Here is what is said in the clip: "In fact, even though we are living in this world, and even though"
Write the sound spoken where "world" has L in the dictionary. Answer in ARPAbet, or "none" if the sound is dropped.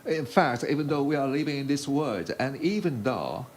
none